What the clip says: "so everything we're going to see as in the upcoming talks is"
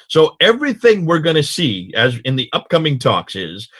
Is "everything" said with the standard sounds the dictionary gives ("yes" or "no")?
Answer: yes